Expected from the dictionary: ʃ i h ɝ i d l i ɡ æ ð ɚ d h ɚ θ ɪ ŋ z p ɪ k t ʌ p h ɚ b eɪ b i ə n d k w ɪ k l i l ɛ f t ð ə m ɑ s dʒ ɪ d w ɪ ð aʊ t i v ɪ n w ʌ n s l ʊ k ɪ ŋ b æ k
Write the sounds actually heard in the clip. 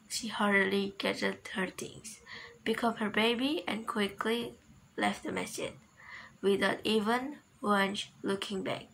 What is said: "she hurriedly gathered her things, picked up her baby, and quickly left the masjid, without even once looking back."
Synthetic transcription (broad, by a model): ʃ i h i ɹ l i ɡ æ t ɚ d h ɚ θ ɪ ŋ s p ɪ k ʌ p h ɚ b eɪ b i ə n k w ɪ k l i l ɛ f t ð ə m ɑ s ɪ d w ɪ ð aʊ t i v ɪ n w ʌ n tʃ l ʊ k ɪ ŋ b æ k